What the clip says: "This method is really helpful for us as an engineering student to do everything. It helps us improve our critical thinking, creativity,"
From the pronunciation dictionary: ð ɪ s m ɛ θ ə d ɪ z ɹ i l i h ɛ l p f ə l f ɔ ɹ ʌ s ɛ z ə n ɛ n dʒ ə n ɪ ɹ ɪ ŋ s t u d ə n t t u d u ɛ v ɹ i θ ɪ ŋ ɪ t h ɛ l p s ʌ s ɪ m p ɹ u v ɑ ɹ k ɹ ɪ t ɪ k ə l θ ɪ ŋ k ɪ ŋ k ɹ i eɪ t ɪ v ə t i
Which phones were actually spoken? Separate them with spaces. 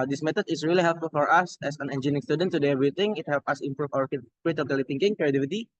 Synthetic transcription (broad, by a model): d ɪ s m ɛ t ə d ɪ s ɹ i l i h ɛ l p f ə l f ɔ ɹ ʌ s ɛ s ə n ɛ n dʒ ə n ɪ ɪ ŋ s t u d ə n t t u d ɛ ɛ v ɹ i t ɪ ŋ ɪ t h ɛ l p ʌ s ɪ m p ɹ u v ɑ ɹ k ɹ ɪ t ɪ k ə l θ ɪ ŋ k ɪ ŋ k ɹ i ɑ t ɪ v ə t i